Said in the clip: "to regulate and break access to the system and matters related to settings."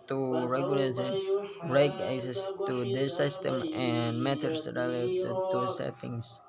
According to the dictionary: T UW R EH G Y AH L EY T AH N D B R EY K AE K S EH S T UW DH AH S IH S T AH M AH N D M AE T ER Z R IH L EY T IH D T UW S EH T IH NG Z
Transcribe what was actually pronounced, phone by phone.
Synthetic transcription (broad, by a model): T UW R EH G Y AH L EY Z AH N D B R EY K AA S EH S T UW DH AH S IH S T AH M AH N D M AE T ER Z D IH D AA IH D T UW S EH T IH NG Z